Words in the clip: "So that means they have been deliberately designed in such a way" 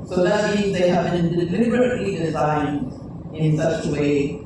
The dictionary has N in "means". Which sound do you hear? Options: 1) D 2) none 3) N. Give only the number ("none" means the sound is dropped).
3